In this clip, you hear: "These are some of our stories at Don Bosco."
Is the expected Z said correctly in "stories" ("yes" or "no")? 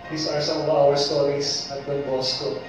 no